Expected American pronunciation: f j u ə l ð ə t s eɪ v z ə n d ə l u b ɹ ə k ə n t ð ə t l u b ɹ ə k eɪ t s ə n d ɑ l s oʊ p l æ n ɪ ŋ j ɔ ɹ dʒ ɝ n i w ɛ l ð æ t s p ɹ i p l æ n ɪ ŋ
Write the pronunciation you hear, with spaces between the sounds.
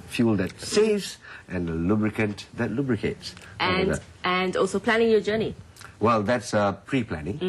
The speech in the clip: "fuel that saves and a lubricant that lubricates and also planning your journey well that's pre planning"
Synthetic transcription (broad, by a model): f j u l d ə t s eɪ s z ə n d ə l u b ɹ ə k ə n t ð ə t l u b ɹ ə k eɪ t s ə n d ɑ l s oʊ p l æ n ɪ ŋ j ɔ dʒ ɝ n i w ɛ l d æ t s p ɹ i p l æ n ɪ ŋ